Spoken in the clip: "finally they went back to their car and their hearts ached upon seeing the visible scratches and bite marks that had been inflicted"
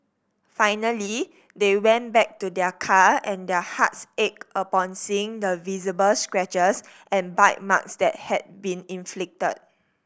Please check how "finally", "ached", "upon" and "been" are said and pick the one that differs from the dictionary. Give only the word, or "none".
ached